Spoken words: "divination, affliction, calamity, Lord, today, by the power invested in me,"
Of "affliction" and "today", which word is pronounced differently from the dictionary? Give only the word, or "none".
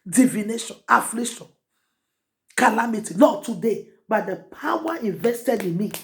affliction